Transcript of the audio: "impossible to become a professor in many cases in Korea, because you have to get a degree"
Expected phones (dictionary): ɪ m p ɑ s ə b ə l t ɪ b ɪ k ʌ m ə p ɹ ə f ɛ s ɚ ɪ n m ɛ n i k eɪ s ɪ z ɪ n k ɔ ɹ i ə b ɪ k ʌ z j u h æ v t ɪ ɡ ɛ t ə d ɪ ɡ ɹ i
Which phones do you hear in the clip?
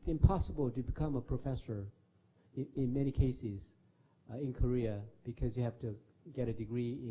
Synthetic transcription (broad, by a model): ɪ m p ɑ s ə b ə l t ɪ b ɪ k ʌ m ə p ɹ ə f ɛ s ɚ ɪ n m ɛ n i k eɪ s ɪ z ɪ n k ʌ ɹ i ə b ɪ k ʌ z j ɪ h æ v t ɪ ɡ ɛ t ə d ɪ ɡ ɹ i